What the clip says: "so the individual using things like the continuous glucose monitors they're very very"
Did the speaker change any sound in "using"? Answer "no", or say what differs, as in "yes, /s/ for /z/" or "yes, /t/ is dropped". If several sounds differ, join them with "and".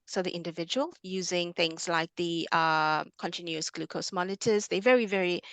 no